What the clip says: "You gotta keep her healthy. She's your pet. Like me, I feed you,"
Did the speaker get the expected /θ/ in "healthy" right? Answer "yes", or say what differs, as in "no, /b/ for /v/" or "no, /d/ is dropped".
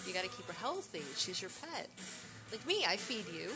yes